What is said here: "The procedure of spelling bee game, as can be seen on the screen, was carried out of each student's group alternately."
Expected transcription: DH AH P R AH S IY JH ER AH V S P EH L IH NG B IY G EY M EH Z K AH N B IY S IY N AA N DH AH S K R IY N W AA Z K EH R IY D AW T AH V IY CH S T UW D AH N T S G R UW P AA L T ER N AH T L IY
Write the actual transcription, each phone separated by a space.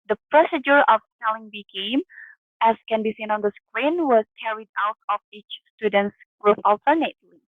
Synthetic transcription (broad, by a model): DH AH P R AH S IY JH ER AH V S EH L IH NG B IY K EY M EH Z K AH N B IY S IY N AA N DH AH S K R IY N W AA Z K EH R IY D AW T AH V IY CH S T UW D AH N T S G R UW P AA L T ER N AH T L IY